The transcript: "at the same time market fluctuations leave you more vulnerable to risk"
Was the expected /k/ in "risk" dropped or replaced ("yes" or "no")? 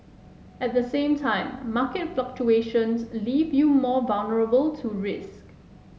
no